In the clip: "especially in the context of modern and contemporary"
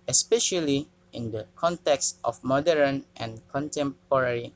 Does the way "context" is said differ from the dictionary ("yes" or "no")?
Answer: no